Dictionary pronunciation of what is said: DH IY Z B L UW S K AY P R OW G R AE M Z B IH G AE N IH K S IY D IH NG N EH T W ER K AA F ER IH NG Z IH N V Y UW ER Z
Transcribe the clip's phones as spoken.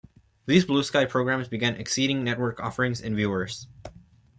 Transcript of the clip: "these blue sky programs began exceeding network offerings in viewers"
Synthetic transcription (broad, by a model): DH IY Z B L UW S K AY P R OW G R AE M Z B IH G AE N IH K S IY D IH NG N EH T W ER K AA F ER IH NG Z IH N V Y UW ER Z